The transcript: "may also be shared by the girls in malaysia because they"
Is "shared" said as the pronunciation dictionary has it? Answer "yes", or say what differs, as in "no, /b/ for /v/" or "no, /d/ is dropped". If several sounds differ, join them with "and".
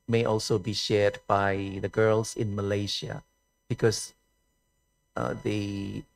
yes